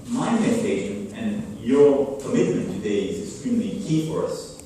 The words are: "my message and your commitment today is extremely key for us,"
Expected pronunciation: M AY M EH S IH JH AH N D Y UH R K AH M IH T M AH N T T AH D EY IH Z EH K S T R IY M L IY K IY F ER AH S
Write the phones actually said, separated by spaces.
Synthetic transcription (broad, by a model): M AY M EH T IH SH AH N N Y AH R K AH M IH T M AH N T T AH D EY IH Z EH K S T R IY M L IY K IY F ER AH S